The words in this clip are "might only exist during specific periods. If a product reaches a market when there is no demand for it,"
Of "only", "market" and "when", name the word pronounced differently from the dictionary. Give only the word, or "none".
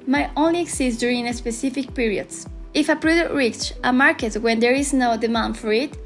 none